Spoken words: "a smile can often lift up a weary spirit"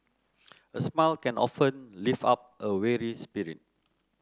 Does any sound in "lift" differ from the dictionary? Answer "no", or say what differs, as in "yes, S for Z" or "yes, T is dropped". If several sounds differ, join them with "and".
yes, T is dropped